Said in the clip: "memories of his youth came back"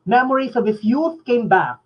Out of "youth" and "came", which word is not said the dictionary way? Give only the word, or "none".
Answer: none